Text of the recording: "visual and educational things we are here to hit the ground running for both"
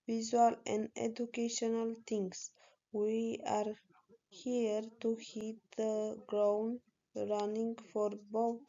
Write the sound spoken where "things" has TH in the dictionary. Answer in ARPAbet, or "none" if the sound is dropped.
T